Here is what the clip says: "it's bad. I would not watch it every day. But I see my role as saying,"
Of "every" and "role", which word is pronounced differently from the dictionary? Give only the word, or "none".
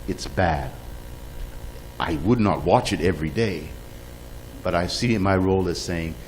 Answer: none